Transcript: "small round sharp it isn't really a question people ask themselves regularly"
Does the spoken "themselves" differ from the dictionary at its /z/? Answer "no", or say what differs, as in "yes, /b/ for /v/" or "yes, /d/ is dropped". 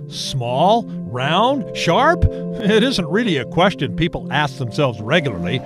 no